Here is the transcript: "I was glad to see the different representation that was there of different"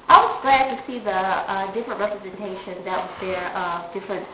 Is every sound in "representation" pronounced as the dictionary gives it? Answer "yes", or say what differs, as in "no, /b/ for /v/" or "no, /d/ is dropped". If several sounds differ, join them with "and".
yes